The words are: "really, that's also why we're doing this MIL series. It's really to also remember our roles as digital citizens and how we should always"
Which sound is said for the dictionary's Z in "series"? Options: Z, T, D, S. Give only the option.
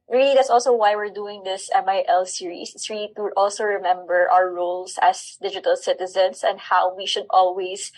S